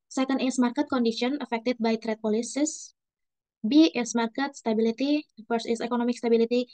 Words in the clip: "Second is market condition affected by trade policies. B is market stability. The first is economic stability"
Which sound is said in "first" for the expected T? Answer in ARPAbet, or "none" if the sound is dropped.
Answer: none